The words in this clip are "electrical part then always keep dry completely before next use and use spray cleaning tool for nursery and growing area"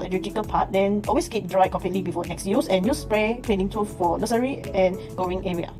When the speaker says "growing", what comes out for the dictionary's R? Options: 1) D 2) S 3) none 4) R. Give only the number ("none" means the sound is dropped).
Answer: 3